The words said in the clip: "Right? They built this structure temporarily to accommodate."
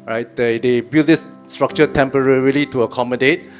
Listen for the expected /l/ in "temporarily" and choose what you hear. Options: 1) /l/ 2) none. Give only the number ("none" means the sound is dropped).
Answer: 1